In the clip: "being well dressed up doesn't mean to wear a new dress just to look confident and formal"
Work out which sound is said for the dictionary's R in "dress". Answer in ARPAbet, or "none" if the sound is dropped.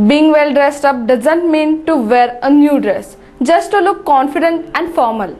R